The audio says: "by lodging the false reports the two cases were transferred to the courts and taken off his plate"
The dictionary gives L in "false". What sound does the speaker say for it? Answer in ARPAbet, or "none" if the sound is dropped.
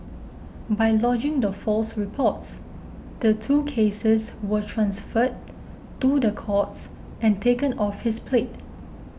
L